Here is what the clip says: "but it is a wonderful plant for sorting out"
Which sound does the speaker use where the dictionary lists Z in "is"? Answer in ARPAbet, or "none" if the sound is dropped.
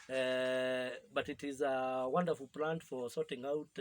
Z